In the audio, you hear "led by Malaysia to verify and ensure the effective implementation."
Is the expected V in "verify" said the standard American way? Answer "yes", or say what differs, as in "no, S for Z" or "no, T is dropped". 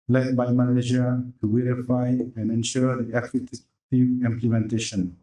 no, W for V